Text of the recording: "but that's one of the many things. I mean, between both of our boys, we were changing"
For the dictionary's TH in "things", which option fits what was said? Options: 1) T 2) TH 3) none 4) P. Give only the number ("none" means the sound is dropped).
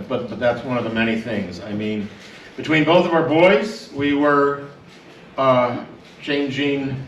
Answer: 2